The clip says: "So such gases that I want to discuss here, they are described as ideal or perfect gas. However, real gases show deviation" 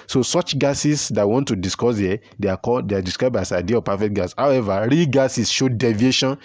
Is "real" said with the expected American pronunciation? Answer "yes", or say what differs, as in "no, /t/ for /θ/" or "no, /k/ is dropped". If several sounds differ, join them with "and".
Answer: yes